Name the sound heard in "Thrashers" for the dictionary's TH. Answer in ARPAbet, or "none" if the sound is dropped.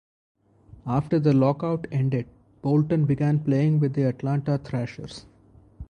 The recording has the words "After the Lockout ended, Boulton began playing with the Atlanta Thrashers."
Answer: T